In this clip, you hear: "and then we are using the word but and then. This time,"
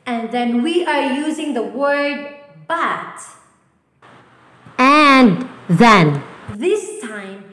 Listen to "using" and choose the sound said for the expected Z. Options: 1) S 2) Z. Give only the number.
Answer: 2